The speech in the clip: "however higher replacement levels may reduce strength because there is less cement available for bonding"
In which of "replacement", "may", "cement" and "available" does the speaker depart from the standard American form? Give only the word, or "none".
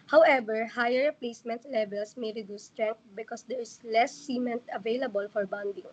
none